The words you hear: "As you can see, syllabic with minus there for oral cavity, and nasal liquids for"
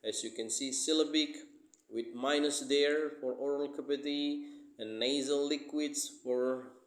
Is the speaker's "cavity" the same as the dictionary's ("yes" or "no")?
no